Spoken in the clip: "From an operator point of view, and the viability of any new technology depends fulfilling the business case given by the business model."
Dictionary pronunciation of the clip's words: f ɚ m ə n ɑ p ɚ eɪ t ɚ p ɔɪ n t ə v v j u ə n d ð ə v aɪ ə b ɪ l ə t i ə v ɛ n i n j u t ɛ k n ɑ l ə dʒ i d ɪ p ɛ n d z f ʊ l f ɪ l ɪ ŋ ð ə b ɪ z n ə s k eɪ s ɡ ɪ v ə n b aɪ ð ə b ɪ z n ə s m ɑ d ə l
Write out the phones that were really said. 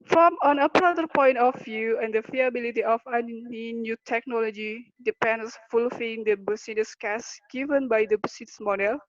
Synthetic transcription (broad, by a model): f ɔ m ə n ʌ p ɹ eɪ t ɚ p ɔɪ n t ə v v j u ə n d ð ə f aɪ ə b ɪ l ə t i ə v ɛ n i n j u t ɛ k n ɑ l ə dʒ i d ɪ p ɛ n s f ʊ l f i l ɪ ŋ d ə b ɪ s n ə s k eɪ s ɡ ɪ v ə n b aɪ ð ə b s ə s m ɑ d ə l